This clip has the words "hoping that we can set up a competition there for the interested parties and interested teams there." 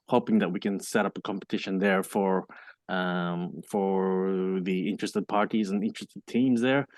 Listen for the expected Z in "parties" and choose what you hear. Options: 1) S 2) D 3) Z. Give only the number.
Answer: 3